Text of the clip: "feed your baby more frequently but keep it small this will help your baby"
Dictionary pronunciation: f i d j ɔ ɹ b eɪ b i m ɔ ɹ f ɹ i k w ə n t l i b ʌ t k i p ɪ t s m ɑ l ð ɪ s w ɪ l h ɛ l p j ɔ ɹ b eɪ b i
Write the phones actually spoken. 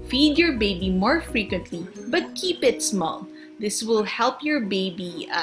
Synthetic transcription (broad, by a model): f i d j ɔ ɹ b eɪ b i m ɔ ɹ f ɹ i k w ə n t l i b ʌ t k i p ɪ t s m ɑ l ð ɪ s w ɪ l h ɛ l p j ɔ ɹ b eɪ b i